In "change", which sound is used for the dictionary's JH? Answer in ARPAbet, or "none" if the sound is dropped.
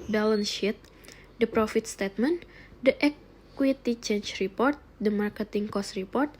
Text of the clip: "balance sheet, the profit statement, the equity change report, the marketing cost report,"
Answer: CH